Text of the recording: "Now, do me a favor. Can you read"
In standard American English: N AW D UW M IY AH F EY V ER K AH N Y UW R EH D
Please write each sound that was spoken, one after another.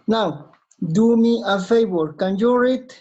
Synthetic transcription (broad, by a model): N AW D UW M IY AH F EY B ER K AH N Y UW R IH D